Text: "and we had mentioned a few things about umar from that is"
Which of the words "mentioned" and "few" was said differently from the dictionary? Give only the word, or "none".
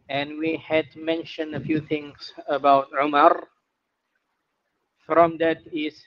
none